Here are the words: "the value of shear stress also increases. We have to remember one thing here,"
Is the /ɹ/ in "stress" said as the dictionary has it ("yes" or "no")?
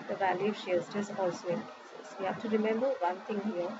no